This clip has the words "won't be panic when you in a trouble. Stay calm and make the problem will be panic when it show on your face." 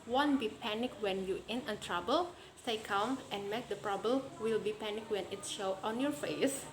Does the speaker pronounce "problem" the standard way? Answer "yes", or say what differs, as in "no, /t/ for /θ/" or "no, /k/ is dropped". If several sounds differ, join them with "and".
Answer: no, /l/ is dropped